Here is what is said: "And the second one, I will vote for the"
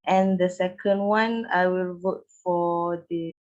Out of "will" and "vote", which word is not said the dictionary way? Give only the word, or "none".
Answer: none